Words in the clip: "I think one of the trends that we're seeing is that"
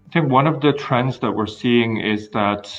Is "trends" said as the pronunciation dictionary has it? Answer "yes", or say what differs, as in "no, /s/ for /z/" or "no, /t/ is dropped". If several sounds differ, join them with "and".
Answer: yes